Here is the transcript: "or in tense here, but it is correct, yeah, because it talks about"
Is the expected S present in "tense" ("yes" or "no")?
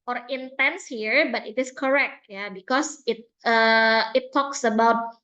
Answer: yes